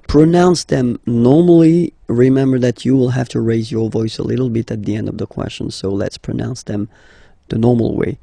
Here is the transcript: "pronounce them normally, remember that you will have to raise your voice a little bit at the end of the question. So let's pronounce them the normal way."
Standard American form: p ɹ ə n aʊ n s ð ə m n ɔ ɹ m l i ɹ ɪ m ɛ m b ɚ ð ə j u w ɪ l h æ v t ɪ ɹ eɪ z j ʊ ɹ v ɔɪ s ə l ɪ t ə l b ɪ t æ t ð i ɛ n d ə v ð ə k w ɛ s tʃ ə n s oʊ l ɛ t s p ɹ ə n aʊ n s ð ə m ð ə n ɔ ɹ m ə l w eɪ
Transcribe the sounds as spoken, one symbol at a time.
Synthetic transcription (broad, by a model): p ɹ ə n aʊ n s ð ə m n ɔ ɹ m l i ɹ ɪ m ɛ m b ɚ ð ə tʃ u w ɪ l h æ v t ɪ ɹ eɪ z j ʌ ɹ v ɔɪ s ə l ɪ t l b ɪ t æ t ð i ɛ n d ə v ð ə k w ɛ s tʃ ə n s oʊ l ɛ t s p ɹ ə n aʊ n s ð ə m ð ə n ɔ ɹ m l w eɪ